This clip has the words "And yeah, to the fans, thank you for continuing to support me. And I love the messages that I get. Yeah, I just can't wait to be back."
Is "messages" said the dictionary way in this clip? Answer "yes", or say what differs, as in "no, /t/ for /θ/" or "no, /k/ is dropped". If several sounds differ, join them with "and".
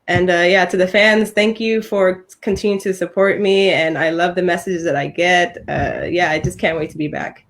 yes